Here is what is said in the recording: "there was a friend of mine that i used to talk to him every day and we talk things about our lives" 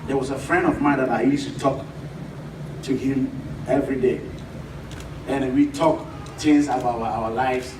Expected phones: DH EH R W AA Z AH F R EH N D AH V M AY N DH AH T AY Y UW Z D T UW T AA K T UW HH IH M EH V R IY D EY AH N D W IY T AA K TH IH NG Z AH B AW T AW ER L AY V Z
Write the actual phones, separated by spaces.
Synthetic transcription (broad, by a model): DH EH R W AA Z AH F R EH N D AH V M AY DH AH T AY Y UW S T UW T AA K T UW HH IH M EH V R IY D EY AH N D W IY T AA K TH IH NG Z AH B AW AW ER L AY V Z